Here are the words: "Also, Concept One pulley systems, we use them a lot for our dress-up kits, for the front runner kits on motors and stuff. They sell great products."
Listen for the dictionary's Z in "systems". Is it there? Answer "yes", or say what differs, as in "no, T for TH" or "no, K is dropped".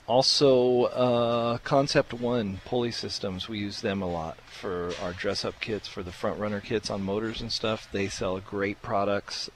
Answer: yes